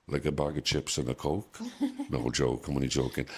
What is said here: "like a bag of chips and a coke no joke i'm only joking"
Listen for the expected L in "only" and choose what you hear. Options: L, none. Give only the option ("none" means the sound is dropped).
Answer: none